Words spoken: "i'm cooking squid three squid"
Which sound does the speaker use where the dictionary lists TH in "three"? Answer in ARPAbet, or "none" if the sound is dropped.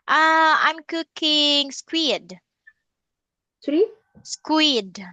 T